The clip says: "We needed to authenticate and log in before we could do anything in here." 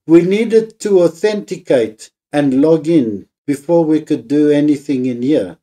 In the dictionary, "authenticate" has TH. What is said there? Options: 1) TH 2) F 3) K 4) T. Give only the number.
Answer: 1